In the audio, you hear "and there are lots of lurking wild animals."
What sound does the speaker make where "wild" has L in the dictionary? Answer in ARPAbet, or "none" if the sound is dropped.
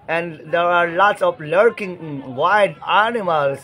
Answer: none